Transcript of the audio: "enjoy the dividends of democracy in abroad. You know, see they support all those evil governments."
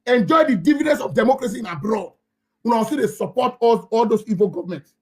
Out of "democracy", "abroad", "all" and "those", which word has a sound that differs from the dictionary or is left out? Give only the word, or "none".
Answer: those